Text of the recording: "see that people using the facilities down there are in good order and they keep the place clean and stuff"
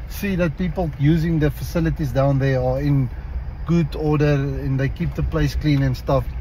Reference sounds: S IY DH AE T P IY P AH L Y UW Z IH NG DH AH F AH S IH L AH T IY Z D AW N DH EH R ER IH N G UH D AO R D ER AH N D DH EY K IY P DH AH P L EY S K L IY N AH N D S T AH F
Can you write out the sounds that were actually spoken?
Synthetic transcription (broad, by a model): S IY DH AE T P IY P AH L Y UW Z IH NG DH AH F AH S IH L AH T IY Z D AW N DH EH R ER IH N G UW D AO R D ER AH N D DH EY K IY P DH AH P L EY S K L IY N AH N S T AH F